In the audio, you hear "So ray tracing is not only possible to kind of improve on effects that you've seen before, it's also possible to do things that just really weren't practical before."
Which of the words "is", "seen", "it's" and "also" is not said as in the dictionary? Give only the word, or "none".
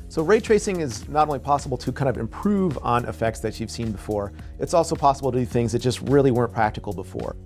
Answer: none